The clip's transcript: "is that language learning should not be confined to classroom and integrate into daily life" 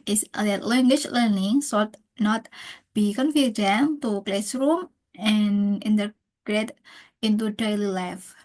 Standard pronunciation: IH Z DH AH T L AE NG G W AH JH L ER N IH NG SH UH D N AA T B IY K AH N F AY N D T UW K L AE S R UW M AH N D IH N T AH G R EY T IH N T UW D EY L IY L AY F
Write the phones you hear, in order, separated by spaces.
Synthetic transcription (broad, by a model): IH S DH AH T L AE NG G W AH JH L ER N IH NG S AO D N AA T B IY K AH N F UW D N T UW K L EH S R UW M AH N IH N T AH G R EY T IH N T UW D EY L IY L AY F